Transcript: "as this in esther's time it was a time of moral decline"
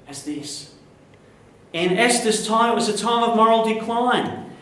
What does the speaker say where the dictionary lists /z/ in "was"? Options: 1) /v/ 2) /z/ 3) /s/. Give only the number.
2